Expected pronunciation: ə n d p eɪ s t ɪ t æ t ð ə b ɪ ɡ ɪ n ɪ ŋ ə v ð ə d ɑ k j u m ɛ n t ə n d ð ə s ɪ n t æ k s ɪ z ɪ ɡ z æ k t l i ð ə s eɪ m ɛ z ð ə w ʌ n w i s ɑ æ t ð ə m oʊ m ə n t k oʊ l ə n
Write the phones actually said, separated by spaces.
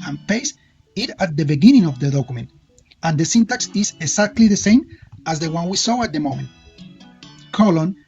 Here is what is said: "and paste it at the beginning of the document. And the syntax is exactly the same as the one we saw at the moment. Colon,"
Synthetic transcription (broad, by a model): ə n p eɪ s ɪ t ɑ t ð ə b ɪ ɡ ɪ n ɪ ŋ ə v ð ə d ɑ k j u m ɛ n t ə n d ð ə s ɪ n t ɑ k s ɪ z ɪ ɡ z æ k t l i ð ə s eɪ m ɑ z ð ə w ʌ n w i s ɑ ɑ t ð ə m oʊ m ə n t k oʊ l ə n